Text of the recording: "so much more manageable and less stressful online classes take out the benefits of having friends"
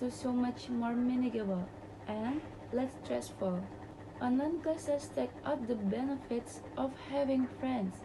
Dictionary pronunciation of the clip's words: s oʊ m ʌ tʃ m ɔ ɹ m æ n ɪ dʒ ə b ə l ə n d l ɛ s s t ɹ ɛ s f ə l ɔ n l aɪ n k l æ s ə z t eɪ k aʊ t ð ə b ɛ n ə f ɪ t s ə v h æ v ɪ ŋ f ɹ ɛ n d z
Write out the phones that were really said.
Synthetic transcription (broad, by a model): s oʊ m ʌ tʃ m ɔ ɹ m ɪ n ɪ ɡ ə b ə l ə n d l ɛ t s t ɹ ɛ s f ə l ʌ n aɪ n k ʌ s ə s t eɪ k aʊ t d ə b ɛ n ə f ɪ t s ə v h æ v ɪ ŋ f ɹ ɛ n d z